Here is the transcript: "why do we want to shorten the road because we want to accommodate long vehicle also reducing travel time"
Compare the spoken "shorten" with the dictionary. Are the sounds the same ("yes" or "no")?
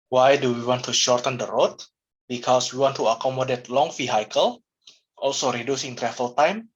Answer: yes